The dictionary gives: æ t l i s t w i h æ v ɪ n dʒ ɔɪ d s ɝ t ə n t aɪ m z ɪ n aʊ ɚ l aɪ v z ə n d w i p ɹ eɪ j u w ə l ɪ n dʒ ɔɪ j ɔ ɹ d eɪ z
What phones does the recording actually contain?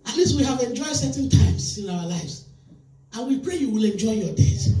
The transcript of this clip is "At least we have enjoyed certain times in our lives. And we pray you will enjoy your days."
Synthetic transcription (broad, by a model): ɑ t l i s t w i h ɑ v ɪ n dʒ ɔɪ d s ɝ t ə n t aɪ m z ɪ n aʊ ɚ l aɪ v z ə n w i p ɹ eɪ j u w ə l ɪ n dʒ ɔɪ j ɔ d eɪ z